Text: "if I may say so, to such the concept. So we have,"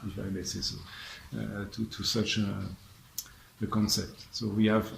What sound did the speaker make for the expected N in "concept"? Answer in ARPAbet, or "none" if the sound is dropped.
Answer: N